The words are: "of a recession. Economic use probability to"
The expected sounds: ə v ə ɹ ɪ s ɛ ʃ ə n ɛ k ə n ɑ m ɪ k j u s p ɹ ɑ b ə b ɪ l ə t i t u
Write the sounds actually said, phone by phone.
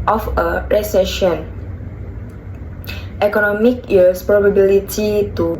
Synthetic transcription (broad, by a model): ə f ə ɹ ɪ s ɛ ʃ ə n ɛ k ə n ɑ m ɪ k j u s p ɹ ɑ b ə b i l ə t i t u